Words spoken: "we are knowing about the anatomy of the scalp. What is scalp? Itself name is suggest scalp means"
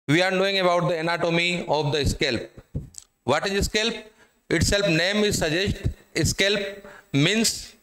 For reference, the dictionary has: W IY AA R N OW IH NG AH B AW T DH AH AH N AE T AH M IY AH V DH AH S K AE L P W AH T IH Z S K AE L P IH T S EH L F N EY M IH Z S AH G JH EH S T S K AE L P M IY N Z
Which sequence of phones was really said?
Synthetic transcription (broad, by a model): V IY AA R N OW IH NG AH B AW T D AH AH N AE T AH M IY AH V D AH S K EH L P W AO T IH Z S K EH L P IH T S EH L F N EY M IH Z S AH JH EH S T S K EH L P M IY N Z